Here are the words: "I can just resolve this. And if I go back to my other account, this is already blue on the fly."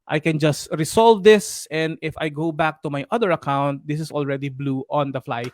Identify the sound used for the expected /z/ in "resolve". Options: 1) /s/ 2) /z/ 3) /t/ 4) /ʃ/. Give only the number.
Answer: 1